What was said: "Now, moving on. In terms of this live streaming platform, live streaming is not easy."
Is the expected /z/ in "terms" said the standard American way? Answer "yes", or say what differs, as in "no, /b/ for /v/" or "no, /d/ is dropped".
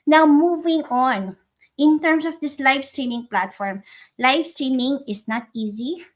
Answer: no, /s/ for /z/